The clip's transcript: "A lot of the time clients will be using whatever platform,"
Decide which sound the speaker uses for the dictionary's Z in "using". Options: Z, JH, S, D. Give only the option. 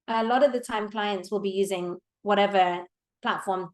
Z